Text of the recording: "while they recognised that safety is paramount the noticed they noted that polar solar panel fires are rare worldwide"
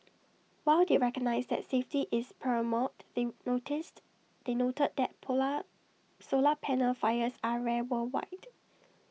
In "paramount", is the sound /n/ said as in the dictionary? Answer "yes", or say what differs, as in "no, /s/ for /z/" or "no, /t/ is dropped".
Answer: no, /n/ is dropped